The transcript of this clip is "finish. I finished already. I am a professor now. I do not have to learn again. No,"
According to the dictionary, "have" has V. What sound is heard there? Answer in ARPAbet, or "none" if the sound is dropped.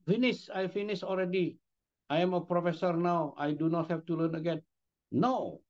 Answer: F